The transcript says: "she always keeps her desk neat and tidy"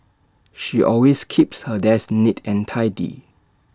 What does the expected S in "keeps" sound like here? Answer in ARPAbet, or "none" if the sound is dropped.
S